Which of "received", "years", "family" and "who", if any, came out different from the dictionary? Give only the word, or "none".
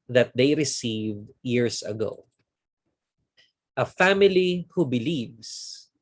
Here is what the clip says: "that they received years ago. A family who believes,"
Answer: years